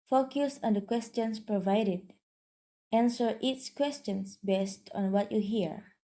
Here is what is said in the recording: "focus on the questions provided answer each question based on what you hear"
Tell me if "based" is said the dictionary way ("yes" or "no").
yes